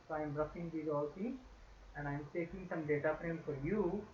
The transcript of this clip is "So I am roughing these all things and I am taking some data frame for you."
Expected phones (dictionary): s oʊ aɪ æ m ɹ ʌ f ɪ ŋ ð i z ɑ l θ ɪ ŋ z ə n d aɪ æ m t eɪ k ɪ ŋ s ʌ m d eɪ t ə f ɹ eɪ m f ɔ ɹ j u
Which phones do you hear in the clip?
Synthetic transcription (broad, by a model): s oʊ aɪ m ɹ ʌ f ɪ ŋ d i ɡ ɑ l s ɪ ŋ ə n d aɪ m t eɪ k ɪ ŋ s ʌ m d eɪ t ə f ɹ eɪ m f ɔ ɹ j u